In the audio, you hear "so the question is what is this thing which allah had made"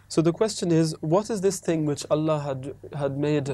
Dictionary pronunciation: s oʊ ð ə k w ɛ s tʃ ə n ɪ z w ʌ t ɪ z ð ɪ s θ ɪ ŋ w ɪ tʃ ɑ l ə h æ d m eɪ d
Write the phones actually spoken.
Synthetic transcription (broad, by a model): s oʊ ð ə k w ɛ s tʃ ə n ɪ z w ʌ t ɪ z ð ɪ s θ ɪ ŋ w ɪ tʃ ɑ l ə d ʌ d m eɪ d